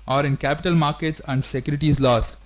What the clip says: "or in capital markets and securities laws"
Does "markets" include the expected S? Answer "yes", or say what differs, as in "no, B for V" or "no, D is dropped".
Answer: yes